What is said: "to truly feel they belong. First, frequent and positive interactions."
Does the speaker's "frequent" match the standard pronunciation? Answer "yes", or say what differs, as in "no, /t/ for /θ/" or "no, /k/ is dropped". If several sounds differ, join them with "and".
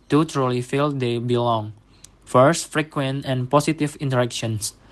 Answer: yes